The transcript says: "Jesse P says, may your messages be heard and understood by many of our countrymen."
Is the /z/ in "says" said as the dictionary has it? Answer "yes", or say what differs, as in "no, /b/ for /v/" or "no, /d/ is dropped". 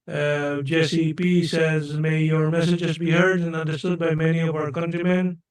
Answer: yes